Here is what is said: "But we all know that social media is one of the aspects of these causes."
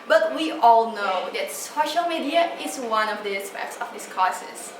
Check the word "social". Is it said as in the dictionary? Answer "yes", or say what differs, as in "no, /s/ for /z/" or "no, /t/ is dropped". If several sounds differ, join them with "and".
yes